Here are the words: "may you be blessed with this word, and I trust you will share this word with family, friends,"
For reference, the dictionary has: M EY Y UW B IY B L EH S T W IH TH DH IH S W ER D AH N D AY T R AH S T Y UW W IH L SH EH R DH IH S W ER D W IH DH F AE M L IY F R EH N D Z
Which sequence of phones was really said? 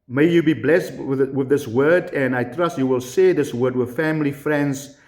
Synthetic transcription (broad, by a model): M EY Y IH B IY B L EH S T W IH DH IH S W ER D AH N AY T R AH S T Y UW W IH L S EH DH IH S W ER D W IH DH F AE M L IY F R EH N D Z